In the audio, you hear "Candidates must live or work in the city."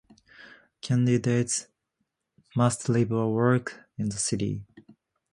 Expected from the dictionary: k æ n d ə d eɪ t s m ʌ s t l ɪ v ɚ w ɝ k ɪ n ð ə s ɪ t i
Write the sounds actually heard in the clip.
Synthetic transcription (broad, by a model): k æ n d ə d eɪ t s m ʌ s t l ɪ b ɚ w ɝ k ɪ n ð ə s ɪ t i